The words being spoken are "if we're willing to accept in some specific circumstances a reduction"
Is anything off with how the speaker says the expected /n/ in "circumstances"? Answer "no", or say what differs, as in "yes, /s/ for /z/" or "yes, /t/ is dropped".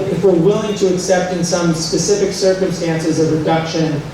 no